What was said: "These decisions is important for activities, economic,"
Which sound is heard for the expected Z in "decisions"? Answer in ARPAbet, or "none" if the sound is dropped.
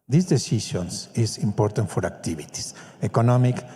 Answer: S